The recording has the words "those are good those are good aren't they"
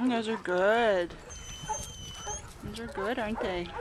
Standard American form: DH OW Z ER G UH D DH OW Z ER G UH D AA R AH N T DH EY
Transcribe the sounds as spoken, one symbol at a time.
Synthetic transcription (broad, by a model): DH OW Z ER G UH D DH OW Z ER G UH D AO AH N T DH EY